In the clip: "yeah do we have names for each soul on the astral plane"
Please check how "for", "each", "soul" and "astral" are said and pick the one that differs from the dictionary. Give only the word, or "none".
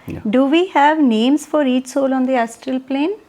none